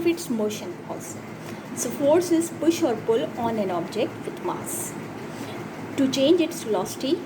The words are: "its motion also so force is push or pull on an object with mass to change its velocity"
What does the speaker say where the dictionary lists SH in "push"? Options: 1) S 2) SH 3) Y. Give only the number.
2